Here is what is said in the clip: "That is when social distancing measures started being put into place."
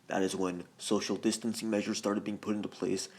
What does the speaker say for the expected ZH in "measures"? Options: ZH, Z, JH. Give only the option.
ZH